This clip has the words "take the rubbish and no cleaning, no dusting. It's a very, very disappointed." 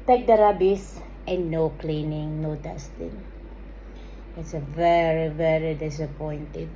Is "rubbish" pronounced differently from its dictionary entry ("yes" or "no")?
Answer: yes